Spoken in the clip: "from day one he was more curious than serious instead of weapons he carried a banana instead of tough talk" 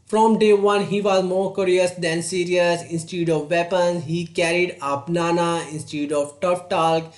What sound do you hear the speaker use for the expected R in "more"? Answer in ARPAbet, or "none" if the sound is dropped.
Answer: R